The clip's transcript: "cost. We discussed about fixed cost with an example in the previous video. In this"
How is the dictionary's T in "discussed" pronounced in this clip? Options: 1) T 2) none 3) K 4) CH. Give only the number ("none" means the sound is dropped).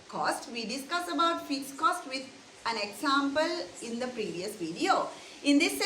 2